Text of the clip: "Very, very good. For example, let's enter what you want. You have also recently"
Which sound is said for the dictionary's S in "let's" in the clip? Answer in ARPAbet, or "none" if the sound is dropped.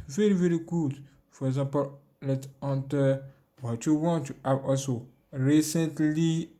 none